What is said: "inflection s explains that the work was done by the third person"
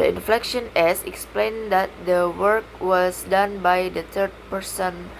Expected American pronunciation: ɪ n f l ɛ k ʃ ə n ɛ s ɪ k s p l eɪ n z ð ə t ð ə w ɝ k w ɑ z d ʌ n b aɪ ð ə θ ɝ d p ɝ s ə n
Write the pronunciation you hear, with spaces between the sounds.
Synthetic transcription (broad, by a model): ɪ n f l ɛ k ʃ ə n ɛ s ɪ k s p l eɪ n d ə t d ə w ɝ k w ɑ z d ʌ n b aɪ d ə t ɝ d p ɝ s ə n